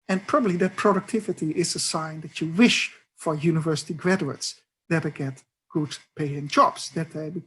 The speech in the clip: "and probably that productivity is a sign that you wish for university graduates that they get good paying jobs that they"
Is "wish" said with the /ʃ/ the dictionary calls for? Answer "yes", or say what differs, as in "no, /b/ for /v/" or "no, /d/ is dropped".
yes